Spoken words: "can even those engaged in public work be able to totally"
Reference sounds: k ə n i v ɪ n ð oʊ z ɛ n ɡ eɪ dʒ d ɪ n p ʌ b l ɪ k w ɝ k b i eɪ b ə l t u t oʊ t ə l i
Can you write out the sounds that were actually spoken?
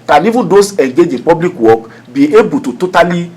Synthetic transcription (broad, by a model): k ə n i v ɪ n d oʊ s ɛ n ɡ eɪ dʒ ɪ n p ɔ b l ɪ k w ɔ k b i eɪ b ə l t u t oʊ t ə l i